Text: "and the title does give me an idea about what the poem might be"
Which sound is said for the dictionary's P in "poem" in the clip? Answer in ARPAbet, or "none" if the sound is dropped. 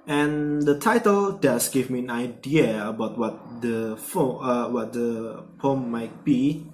F